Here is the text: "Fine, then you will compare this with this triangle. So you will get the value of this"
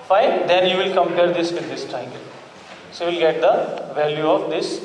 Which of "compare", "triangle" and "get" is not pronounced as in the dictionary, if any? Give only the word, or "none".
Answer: triangle